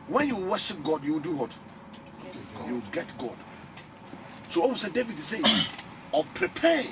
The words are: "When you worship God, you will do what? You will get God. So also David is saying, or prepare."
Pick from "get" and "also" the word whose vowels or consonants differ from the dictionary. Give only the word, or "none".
also